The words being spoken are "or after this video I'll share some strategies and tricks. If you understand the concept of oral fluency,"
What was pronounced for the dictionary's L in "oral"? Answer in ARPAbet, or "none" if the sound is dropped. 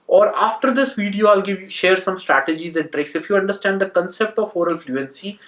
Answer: L